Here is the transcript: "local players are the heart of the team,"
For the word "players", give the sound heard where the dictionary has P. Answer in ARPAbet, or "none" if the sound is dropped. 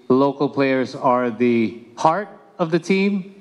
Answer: P